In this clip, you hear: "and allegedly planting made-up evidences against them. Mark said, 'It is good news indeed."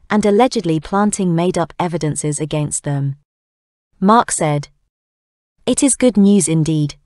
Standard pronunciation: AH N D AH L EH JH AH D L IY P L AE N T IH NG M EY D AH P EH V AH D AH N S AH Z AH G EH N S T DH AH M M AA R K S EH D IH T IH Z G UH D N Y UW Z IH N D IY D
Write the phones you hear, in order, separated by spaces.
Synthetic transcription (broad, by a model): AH N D AH L EH JH AH D L IY P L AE N T IH NG M EY D AH P EH V AH D AH N S AH Z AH G EH N S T DH AH M M AA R K S EH D IH T IH Z G UH D N Y UW Z IH N D IY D